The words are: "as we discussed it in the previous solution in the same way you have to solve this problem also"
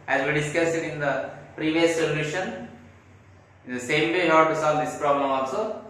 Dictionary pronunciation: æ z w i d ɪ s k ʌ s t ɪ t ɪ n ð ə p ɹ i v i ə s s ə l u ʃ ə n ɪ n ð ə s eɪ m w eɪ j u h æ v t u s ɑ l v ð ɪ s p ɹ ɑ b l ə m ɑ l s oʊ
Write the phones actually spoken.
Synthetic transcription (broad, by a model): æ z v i d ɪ s k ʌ s ɪ t ɪ n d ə p ɹ i v i ə s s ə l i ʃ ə n ɪ n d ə s eɪ m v eɪ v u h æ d t u s ɑ l v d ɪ s p ɹ ɑ b l ə m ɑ l s oʊ